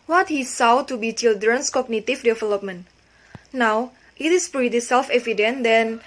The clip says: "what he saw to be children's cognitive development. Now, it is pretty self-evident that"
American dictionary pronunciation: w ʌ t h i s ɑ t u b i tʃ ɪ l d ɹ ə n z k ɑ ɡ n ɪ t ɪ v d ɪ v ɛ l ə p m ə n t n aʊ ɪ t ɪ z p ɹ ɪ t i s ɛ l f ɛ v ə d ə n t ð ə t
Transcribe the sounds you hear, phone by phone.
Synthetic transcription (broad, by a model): w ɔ t h i s ɑ t u b i tʃ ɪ l d ɹ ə n s k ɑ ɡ n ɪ t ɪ f d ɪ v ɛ l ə p m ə n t n aʊ ɪ t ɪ s p ɹ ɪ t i s ɛ l f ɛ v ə d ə n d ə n